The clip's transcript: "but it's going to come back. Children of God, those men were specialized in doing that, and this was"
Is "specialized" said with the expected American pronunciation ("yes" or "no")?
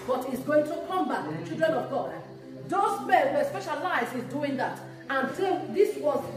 no